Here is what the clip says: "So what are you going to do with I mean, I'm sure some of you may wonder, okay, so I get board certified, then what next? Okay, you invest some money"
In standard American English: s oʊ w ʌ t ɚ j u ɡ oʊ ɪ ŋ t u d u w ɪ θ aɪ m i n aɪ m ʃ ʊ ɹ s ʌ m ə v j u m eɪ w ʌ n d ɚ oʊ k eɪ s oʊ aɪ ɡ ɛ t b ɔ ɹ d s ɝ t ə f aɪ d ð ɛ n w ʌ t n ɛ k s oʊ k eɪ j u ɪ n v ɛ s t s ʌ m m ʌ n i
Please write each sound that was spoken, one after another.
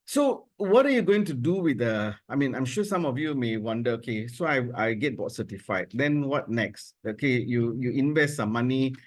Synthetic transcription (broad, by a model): s oʊ w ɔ t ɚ j u ɡ oʊ ɪ ŋ t u d u w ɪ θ aɪ m i n aɪ m ʃ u s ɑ m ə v j u m eɪ w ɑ n d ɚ oʊ k eɪ s oʊ aɪ ɡ ɛ t b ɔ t s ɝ t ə f aɪ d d ɛ n w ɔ t n ɛ k s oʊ k eɪ j u ɪ n v ɛ s t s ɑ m m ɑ n i